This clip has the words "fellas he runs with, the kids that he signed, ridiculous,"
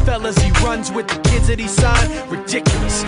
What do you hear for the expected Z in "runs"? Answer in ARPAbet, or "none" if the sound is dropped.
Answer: Z